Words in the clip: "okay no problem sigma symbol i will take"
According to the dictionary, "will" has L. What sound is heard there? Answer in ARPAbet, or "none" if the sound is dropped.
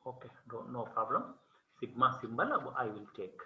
L